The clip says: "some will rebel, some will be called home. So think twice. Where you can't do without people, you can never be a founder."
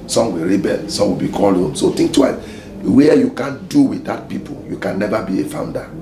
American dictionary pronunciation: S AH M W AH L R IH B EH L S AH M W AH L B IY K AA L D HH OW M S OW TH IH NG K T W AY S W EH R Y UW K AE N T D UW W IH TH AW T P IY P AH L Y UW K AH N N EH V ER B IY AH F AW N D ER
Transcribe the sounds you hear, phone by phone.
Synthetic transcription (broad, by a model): S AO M W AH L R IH B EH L S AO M W AH L B IY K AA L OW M S OW T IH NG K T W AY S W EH Y UW K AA N D UW W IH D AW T P IY P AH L Y UW K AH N N EH V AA B IY AH F AW N D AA